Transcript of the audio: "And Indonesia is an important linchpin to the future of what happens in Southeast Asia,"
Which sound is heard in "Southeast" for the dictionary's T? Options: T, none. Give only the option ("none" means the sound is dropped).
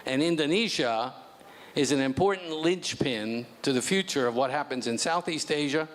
T